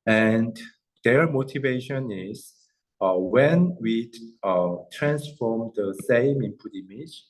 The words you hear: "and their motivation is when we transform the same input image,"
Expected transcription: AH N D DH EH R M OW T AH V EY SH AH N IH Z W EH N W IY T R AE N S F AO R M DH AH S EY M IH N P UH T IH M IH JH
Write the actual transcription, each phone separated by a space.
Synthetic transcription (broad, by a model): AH N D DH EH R M OW T AH V EY SH AH N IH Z W EH N W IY T R AE N S F AO R M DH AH S EY M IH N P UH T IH M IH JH